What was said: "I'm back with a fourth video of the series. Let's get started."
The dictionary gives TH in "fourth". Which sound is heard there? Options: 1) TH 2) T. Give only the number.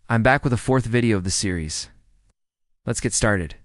1